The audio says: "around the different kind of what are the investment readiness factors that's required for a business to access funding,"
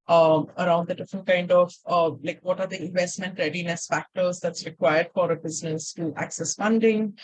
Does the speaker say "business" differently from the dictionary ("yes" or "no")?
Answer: no